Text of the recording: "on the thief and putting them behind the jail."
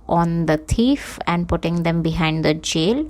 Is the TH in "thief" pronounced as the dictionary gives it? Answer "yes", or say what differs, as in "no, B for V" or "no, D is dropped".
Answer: no, T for TH